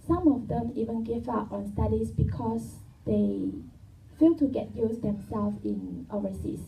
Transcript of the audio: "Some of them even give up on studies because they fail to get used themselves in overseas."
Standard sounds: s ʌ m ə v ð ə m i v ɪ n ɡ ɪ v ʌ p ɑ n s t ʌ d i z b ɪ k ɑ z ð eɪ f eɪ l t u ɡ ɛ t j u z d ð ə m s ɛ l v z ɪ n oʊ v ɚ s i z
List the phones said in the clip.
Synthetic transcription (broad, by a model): s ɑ m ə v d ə m i v ɪ n ɡ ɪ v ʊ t ɑ n s t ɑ d i s b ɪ k ɑ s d eɪ f eɪ l t u ɡ ɛ t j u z d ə m s ɛ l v ɪ n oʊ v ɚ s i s